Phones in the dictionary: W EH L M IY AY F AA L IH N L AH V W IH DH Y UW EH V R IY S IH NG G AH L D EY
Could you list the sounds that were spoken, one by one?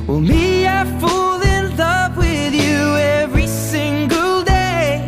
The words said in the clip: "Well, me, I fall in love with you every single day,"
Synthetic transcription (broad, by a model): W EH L M IY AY F AA L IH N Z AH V W IH DH Y UW EH V R IY S IH NG G AH L D EY